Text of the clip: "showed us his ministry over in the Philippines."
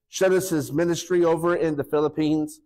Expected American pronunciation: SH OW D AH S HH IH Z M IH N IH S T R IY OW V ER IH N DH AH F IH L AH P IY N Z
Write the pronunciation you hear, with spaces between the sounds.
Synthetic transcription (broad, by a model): SH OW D AH S HH IH Z M IH N IH S T R IY OW V ER IH N DH AH F IH L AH P IY N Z